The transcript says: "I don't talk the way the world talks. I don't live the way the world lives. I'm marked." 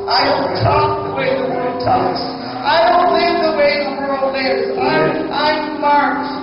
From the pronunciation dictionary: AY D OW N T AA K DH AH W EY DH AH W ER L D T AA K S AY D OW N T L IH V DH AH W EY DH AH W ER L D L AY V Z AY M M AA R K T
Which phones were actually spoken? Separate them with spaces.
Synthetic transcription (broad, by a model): AY D OW N T AA K DH AH W EY DH AH W ER L D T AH S AY D OW N T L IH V DH AH W EY DH AH W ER L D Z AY AY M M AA R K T